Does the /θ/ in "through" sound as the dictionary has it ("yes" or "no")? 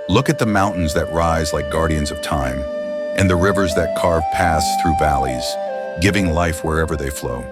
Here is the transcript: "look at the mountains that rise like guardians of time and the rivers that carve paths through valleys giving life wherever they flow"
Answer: yes